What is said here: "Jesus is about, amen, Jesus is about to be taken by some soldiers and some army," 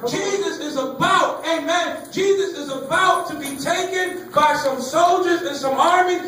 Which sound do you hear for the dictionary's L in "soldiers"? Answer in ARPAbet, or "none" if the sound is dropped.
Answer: L